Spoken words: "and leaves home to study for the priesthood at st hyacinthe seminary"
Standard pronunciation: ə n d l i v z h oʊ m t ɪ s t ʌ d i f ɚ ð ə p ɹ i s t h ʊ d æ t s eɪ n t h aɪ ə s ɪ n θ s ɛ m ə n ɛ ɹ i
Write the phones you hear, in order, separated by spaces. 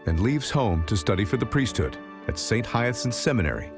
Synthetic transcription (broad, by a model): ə n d l i v z h oʊ m t ɪ s t ʌ d i f ɚ ð ə p ɹ i s t h ʊ d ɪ t s eɪ n t h aɪ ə s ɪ n s ɛ m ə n ɛ ɹ i